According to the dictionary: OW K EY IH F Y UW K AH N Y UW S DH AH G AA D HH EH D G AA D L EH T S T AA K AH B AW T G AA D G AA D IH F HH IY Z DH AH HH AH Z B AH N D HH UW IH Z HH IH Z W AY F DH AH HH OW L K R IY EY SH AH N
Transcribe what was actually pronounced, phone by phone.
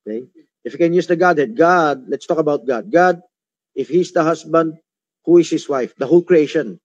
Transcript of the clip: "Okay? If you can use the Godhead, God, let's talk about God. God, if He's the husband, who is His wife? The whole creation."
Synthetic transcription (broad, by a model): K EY IH F Y UW K AH N Y UW S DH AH G AA D HH EH D G AA D L EH T S T AA K AH B AW T G AA D G AA D IH F HH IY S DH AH HH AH S B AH N D HH UW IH S HH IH S W AY F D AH HH OW L K R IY EY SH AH N